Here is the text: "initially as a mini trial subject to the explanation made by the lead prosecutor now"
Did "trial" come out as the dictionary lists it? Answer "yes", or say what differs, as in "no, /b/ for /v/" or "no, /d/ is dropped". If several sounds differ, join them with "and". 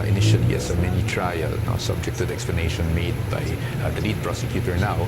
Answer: no, /n/ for /l/